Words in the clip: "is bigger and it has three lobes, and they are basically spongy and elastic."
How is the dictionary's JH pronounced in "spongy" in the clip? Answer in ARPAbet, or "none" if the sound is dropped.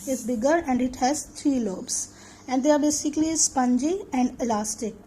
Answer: JH